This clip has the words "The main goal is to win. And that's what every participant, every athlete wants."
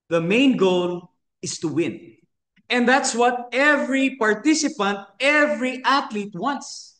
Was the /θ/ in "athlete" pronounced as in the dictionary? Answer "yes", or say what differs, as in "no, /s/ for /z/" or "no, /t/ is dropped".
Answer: no, /t/ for /θ/